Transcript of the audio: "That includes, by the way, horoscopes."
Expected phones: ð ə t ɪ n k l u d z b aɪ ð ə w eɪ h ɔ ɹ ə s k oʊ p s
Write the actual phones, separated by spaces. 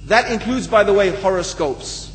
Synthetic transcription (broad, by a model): ð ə t ɪ n k l u d z b aɪ ð ə w eɪ h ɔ ɹ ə s k oʊ p s